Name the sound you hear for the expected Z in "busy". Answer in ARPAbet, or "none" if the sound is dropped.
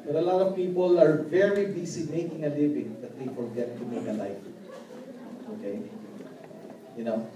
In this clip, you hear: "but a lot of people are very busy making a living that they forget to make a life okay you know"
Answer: S